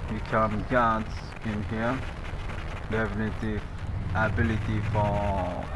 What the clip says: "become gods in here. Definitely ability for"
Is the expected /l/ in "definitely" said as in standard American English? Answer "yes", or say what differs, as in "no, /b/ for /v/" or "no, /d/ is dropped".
no, /l/ is dropped